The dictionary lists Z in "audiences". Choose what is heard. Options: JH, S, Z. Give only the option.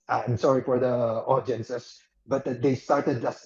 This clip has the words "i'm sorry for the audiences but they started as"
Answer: S